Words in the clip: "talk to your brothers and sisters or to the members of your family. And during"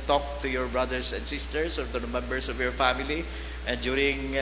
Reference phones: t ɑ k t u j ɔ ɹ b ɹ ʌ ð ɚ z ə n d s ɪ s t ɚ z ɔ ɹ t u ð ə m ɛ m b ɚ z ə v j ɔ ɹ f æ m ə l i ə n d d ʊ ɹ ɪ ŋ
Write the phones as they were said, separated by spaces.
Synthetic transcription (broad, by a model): t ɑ k t u j ɔ ɹ b ɹ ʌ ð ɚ s ə n d s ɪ s t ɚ s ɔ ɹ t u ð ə m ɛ m b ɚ s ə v j ɔ ɹ f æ m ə l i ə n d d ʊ ɹ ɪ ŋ